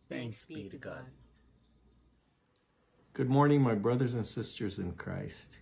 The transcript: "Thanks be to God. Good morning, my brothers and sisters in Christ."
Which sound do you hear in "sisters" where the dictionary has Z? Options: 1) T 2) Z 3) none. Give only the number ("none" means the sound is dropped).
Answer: 2